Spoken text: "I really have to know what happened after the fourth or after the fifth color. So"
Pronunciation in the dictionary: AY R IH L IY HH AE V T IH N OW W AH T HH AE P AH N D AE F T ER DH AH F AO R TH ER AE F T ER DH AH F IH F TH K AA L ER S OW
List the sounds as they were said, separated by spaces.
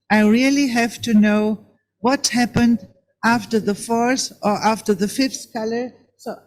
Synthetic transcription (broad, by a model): AY R IH L IY HH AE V T IH N OW W AH T HH AE P AH N D AE F T ER DH AH F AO R S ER AE F T ER DH AH F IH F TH K AA L ER S OW